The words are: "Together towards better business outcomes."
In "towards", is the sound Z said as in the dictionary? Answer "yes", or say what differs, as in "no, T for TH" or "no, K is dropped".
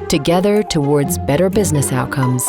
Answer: yes